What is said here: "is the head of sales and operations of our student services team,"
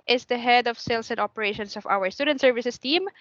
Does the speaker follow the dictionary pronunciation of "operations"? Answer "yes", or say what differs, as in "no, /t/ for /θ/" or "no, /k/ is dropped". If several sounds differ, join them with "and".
no, /s/ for /z/